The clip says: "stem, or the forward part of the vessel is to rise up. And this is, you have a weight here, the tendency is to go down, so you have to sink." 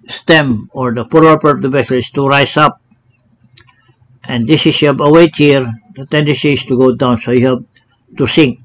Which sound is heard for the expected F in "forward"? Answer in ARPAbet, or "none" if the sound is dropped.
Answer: P